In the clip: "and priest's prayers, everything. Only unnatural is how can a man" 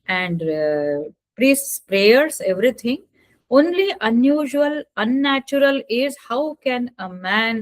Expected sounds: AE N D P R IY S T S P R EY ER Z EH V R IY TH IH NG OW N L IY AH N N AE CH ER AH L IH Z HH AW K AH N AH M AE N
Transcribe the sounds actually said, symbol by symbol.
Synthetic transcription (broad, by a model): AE N D P R IY S T S P R EY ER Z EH V R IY T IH NG OW N L IY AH N N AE CH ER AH L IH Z HH AW K AH N AH M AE N